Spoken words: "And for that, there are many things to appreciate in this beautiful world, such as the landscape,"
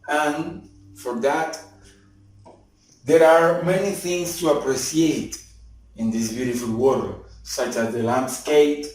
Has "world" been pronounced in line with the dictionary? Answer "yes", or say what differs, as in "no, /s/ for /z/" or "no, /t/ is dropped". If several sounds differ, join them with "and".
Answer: no, /l/ is dropped